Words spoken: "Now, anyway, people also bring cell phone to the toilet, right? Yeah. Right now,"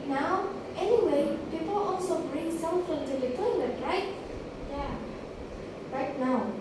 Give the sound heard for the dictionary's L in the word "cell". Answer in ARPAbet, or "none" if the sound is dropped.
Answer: N